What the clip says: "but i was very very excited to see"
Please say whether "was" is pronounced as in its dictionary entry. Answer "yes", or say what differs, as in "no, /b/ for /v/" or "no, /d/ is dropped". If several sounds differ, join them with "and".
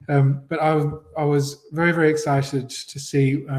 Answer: yes